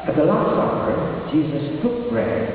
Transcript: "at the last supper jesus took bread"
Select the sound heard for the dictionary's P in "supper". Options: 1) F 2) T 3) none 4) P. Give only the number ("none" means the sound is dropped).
3